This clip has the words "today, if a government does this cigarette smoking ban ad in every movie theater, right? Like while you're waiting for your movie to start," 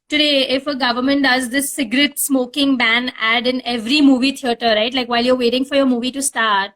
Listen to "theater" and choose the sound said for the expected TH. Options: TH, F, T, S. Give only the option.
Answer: T